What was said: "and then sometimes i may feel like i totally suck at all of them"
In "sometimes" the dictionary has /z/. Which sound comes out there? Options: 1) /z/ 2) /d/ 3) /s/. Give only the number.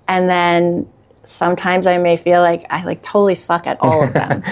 1